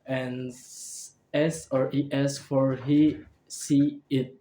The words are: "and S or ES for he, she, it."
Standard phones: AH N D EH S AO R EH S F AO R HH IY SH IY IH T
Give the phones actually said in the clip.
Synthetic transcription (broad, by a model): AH N EH S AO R EH S F AO R HH IY S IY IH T